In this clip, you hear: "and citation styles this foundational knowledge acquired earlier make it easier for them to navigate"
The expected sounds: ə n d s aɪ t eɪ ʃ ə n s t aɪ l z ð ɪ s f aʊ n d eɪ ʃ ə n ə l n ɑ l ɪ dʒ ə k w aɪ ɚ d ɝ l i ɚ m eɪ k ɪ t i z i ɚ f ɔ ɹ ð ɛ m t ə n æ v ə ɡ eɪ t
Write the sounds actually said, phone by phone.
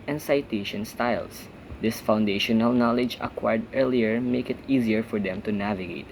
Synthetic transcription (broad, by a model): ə n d s aɪ t eɪ ʃ ə n s t aɪ l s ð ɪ s f aʊ n d eɪ ʃ ə n ə l n ɑ l ɪ dʒ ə k w aɪ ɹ d ɝ l i ɚ m eɪ k ɪ t i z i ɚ f ɔ ɹ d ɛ m t ə n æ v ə ɡ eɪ t